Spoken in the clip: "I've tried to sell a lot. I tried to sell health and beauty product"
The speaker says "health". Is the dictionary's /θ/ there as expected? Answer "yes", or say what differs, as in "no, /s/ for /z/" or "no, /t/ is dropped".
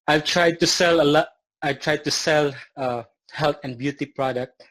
no, /t/ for /θ/